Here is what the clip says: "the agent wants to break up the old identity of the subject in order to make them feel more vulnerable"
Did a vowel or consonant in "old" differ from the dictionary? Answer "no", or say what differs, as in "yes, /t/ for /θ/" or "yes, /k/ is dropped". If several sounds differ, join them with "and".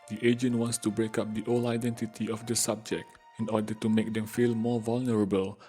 yes, /d/ is dropped